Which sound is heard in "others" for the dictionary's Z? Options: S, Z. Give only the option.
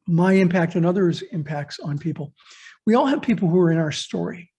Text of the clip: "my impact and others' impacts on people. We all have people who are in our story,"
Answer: Z